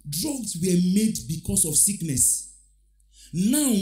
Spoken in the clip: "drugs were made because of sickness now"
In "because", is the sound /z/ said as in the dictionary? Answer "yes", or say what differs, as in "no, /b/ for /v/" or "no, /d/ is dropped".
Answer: no, /s/ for /z/